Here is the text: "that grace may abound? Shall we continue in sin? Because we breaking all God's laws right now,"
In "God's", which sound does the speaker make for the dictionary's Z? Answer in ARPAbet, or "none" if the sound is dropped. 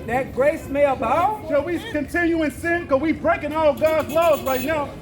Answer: Z